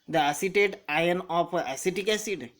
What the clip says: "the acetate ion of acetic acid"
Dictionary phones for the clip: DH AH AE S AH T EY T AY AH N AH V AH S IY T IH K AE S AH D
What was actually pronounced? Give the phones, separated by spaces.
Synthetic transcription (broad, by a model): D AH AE S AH T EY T AY AH N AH P AH S IY T IH K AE S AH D